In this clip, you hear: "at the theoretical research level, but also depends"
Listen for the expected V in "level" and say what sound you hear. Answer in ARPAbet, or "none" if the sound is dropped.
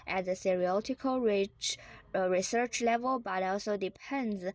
V